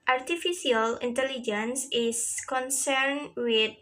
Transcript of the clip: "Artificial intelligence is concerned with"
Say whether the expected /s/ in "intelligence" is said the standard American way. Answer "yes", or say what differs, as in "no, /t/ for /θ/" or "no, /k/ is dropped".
yes